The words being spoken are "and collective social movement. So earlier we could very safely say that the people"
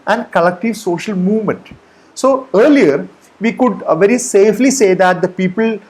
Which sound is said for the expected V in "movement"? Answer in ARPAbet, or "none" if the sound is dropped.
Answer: V